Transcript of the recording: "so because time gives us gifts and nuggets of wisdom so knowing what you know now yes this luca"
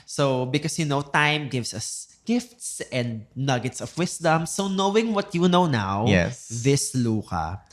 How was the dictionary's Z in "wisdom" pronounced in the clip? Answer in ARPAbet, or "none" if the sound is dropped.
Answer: S